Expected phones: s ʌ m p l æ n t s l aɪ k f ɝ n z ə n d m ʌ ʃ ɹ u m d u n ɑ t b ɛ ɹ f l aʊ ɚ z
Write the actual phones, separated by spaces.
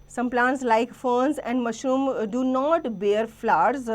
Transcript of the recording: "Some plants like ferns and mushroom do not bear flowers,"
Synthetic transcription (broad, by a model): s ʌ m p l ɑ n t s l aɪ k f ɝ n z ə n d m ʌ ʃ u m d u n ɑ t b ɛ ɹ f l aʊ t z